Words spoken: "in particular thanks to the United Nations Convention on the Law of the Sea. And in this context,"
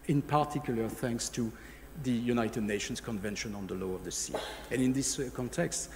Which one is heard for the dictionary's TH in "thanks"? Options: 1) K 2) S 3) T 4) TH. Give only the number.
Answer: 4